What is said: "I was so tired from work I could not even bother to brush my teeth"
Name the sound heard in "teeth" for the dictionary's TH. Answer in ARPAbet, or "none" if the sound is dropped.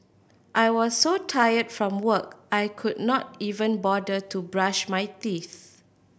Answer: TH